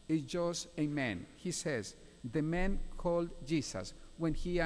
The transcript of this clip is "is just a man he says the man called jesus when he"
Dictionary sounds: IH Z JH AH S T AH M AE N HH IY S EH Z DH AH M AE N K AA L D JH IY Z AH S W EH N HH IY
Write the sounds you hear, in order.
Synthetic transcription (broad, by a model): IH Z JH AH S T AH M AE N HH IY S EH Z DH AH M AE N K AA L D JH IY S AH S W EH N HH IY